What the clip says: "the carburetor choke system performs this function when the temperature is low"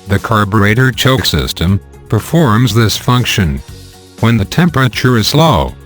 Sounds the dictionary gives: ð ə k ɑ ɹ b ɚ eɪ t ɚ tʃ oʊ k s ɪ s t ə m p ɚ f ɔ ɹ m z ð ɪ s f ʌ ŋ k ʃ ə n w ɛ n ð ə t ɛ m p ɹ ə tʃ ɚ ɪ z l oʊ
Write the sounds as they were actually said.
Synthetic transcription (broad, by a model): ð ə k ɑ ɹ b ɚ eɪ t ɚ tʃ oʊ k s ɪ s t ə m p ɚ f ɔ ɹ m z ð ɪ s f ʌ ŋ k ʃ ə n w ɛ n ð ə t ɛ m p ɹ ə tʃ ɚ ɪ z l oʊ